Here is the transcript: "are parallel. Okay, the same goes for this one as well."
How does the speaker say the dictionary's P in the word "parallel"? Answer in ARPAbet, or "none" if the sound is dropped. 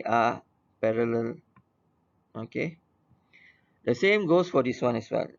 P